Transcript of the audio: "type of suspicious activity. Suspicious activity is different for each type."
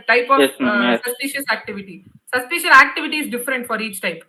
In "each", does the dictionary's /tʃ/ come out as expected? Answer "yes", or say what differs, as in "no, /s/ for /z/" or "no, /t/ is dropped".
yes